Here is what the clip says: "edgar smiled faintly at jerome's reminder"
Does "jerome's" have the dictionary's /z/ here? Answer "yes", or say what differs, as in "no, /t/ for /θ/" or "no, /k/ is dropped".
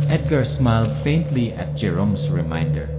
no, /s/ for /z/